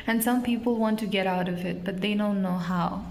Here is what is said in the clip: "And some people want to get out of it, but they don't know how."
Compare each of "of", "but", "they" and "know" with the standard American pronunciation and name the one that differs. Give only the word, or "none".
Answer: none